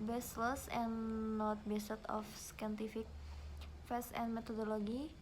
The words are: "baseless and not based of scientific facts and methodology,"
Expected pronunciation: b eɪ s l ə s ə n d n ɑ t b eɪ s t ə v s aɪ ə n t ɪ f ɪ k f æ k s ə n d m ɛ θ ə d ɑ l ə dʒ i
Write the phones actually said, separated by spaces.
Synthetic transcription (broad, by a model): b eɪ s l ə s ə n n ɑ t b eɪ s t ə f s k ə n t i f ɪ k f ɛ s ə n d m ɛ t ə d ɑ l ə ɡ i